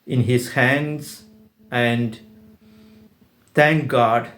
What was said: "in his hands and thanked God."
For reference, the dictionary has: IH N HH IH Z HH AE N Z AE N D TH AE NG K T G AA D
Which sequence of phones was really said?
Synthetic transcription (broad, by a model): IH N HH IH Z HH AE N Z AE N D T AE NG K G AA D